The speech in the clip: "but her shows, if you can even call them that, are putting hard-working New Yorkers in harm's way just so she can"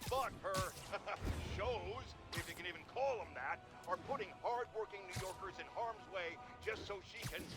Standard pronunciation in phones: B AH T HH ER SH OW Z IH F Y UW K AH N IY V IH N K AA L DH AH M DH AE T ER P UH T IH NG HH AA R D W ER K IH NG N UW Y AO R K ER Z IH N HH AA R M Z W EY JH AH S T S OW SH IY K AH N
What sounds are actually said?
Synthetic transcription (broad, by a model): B AH T HH ER SH OW Z IH F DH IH K AH N IY V IH N K AA L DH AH M DH AE T ER P UH T IH NG HH AA R D W ER K IH NG N UW Y AO R K ER Z IH N HH AA R M Z W EY JH AH S T S OW SH IY K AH N